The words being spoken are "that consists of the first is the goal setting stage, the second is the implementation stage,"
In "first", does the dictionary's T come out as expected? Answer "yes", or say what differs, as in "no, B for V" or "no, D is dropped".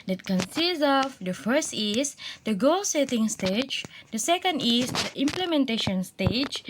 yes